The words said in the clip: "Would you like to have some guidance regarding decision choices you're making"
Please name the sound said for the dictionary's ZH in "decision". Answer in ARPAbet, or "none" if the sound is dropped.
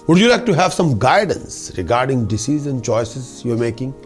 Z